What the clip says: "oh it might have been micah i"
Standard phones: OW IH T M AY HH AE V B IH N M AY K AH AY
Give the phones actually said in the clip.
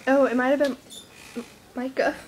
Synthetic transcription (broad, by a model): OW IH T M AY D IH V B IH N M AY K AH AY